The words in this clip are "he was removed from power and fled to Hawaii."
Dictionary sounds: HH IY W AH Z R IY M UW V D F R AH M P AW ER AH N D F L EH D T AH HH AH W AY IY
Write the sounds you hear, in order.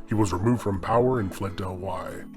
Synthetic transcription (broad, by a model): HH IY W AH Z R IY M UW V D F R AH M P AW ER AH N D F L EH D T AH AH W AY